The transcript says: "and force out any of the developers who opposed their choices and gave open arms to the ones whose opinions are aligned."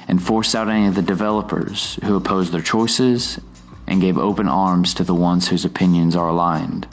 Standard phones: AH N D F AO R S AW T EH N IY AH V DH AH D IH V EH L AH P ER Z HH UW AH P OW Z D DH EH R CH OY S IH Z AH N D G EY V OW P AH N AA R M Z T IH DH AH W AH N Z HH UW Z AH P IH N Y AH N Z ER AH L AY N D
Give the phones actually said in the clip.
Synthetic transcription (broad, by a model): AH N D F AO R S AW T EH N IY AH V DH AH D IH V EH L AH P ER Z HH UW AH P OW Z DH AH R CH OY S IH Z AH N G EY V OW P AH N AA R M Z T IH DH AH W AH N Z HH UW Z AH P IH N Y AH N Z ER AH L AY N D